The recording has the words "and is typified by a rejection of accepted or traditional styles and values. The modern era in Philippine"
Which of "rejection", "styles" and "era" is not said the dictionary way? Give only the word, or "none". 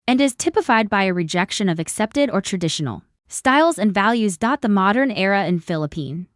none